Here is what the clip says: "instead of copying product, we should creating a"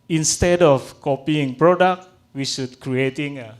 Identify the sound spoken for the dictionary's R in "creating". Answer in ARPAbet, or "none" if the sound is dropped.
R